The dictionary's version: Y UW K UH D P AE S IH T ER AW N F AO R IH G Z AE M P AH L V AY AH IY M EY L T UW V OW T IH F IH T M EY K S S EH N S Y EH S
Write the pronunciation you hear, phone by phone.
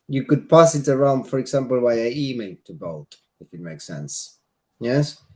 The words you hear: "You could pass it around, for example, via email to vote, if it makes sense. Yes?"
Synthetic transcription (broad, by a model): Y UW K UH D P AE S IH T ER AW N F AO R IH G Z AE M P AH L W AY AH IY M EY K T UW B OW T IH F IH T M EY K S S EH N S Y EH S